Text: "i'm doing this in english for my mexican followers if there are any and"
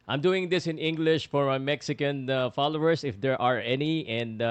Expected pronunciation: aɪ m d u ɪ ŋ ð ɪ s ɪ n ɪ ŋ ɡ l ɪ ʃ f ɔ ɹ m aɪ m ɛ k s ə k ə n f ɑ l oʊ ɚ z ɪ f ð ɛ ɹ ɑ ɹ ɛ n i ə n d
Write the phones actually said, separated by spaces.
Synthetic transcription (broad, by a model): aɪ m d u ɪ ŋ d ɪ s ɪ n ɪ ŋ ɡ l ɪ ʃ f ɔ ɹ m aɪ m ɛ k s ə k ə n f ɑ l oʊ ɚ s ɪ f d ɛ ɹ ɑ ɹ ɛ n i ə n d